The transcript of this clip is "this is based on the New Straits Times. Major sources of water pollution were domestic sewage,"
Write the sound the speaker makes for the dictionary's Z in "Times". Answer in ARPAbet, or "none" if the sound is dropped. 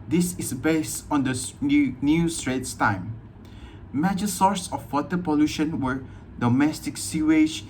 none